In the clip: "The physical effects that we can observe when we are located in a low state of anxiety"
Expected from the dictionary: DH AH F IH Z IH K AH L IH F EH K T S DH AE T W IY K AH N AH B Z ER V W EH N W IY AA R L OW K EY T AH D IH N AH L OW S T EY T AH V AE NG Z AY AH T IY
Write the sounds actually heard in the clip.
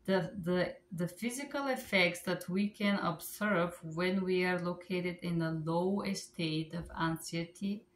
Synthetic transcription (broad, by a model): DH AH F IH Z IH K AH L IH F EH K T S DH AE T W IY K AH N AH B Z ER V W EH N W IY AA R L OW K EY T AH D IH N AH L OW S T EY T AH V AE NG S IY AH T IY